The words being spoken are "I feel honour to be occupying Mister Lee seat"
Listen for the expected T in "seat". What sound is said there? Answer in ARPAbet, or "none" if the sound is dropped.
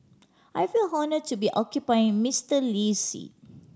none